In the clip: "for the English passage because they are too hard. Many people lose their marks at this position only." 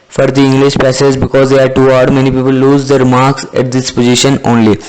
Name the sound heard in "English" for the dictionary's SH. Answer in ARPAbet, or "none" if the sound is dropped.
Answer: SH